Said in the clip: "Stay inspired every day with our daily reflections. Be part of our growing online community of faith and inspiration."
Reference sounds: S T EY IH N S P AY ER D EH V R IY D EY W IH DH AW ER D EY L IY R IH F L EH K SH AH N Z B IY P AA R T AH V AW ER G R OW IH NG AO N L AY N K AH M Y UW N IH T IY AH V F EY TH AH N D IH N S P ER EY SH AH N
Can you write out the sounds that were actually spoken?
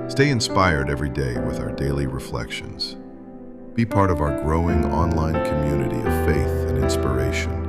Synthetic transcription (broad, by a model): S T EY IH N S P AY ER D EH V R IY D EY W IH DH AW ER D EY L IY R IH F L EH K SH AH N Z B IY P AA R T AH V AW ER G R OW IH NG AO N L AY N K AH M Y UW N IH T IY AH V F EY TH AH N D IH N S P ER EY SH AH N